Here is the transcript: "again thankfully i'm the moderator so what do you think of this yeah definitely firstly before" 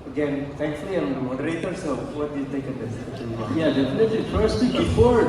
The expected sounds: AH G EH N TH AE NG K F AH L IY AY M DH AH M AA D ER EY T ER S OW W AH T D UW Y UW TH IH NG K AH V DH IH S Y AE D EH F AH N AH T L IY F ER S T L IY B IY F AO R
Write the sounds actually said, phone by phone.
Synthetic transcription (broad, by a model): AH G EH N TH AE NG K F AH L IY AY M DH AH M AA D ER EY T ER S OW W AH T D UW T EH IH K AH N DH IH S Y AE D EH F AH N AH T L IY F ER S T L IY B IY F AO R